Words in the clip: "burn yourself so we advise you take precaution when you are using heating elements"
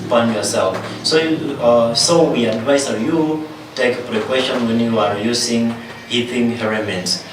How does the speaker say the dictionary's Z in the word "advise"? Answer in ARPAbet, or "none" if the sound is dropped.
S